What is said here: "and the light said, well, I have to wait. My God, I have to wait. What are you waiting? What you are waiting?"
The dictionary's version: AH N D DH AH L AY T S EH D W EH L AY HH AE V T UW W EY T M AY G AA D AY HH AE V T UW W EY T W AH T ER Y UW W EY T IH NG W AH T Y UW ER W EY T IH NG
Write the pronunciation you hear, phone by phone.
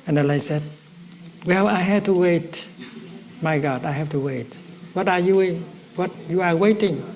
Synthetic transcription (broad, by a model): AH N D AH N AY S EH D W EH L AY HH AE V T UW W EY T M AY G AA D AY HH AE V T UW W EY T W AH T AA Y UW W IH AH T Y UW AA W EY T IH NG